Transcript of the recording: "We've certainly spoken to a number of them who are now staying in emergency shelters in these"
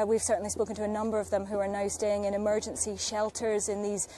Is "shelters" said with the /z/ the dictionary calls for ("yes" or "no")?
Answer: yes